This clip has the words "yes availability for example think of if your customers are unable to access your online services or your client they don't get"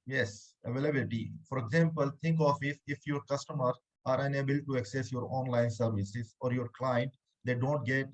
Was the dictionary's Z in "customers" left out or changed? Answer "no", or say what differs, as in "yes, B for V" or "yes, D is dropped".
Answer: yes, Z is dropped